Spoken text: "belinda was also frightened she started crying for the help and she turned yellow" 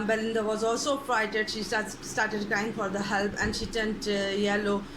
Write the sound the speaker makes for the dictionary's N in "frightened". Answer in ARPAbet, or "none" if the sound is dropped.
none